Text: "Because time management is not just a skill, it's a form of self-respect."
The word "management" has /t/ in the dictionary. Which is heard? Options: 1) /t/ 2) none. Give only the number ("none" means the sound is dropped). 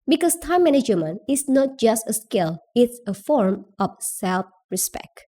2